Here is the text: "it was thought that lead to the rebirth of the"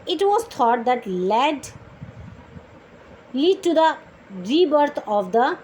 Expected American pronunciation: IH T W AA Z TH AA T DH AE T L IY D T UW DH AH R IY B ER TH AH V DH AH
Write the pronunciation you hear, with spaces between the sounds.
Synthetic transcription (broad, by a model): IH T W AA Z T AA T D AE T L IY D T UW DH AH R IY B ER T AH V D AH